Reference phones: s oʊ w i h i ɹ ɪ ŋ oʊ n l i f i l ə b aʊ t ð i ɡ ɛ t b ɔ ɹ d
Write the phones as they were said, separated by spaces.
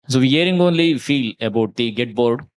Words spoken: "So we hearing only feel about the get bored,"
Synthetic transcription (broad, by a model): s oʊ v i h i ɹ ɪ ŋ oʊ n l i f i l ə b aʊ t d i ɡ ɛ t b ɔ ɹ d